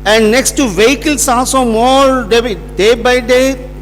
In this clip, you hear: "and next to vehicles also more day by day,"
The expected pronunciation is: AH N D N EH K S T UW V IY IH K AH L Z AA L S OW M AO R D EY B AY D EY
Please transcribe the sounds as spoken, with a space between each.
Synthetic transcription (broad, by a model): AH N D N EH K S T UW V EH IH K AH L S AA S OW M AO R D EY B AY D EY